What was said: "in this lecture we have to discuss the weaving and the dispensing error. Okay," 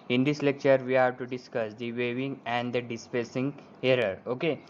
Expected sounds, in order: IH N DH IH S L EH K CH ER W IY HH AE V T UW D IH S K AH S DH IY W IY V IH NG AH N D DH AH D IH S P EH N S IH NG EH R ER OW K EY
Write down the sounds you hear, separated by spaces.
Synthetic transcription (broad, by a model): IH N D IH S L EH K CH ER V IY HH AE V T UW D IH S K AH S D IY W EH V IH NG AH N D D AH D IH S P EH S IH NG EH R ER OW K EY